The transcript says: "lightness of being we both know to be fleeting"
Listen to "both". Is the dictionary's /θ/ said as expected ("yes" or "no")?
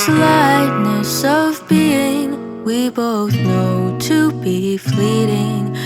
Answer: yes